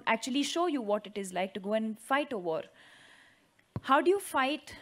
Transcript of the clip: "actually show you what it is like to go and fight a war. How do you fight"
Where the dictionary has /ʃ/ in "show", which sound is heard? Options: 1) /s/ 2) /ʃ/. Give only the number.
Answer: 2